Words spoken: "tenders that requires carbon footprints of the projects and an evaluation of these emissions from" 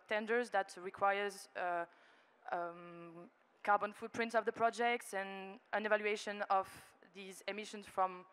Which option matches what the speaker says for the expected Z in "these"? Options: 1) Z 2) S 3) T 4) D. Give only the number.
1